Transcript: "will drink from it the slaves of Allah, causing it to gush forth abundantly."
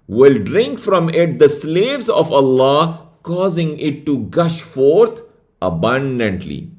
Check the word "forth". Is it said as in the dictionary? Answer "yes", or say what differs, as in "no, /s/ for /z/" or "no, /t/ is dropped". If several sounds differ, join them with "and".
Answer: no, /t/ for /θ/